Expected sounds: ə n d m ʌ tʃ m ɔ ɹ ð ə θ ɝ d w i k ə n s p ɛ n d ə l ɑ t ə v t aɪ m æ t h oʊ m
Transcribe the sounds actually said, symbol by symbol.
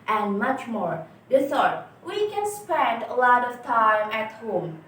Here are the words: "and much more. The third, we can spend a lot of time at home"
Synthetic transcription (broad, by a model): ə n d m ʌ tʃ m ɔ ɹ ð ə s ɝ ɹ w i k ə n s p ɛ n d ə l ɑ t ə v t aɪ m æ t h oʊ m